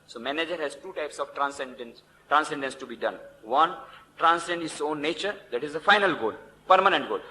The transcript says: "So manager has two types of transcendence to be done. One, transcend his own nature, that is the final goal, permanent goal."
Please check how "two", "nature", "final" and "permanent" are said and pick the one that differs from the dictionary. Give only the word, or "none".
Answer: none